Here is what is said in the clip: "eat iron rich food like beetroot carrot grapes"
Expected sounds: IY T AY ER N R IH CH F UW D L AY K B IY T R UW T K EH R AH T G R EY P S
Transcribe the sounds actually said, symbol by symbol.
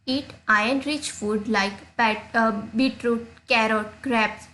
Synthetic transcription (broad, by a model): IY T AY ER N R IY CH F UW D L AY K B IY T R UW T K EH R AH T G R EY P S